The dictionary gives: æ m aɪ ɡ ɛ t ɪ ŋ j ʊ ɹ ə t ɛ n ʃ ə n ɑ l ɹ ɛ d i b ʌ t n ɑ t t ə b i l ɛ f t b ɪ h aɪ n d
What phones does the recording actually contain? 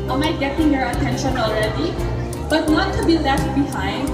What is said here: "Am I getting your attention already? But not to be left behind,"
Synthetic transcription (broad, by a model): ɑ m aɪ ɡ ɛ t ɪ ŋ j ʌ ɹ ə t ɛ n ʃ ə n ɑ l ɹ ɛ d i b ʌ t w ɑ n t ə b i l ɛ t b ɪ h aɪ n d